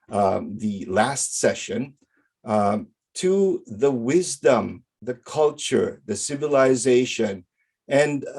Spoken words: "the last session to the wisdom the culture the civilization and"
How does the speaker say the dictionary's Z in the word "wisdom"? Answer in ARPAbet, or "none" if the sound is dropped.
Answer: Z